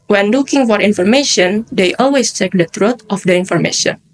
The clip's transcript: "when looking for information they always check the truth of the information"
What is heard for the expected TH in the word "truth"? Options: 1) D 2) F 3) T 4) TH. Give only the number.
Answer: 3